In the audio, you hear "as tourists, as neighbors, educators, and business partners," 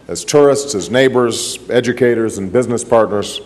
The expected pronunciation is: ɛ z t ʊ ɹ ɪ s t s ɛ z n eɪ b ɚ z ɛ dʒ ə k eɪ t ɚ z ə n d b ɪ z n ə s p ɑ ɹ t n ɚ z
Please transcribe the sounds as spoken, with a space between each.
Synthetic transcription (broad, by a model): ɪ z t ʊ ɹ ɪ s t s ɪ z n eɪ b ɚ z ɛ dʒ ə k eɪ t ɚ z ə n b ɪ z n ə s p ɑ ɹ t n ɚ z